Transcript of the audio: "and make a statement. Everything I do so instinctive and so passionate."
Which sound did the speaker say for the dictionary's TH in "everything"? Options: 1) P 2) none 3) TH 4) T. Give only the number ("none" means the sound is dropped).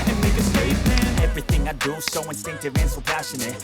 3